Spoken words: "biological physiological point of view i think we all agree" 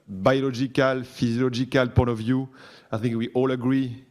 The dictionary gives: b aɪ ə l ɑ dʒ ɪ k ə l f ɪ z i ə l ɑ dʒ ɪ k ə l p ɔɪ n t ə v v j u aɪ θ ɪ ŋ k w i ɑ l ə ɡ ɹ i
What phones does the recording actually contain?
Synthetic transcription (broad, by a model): b aɪ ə l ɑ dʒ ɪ k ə l f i z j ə l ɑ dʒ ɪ k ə l p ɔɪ t ə v v j u aɪ θ ɪ ŋ k w i ɑ l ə ɡ ɹ i